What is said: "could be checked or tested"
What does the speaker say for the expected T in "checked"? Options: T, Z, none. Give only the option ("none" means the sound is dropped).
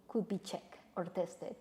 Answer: none